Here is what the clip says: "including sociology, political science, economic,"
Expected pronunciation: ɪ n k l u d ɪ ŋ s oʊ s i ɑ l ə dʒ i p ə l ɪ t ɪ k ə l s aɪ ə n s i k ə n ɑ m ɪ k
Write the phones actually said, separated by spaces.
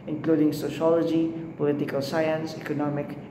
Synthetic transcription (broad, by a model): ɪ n k l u d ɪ ŋ s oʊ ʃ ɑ l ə dʒ i p ə l ɪ t ɪ k ə l s aɪ ə n s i k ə n ɑ m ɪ k